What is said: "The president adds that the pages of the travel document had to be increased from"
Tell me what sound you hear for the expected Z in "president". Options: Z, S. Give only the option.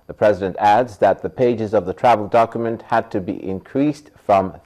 Z